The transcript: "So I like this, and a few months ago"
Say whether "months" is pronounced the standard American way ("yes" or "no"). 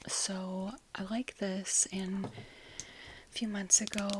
yes